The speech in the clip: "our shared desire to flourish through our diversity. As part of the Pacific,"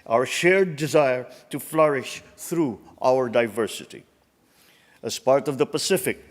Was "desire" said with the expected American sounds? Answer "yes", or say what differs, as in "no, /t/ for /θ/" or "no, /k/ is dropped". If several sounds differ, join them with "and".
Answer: yes